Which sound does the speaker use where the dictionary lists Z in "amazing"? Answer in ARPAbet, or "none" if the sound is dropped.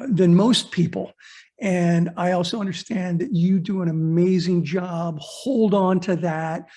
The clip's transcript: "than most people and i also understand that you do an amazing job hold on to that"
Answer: Z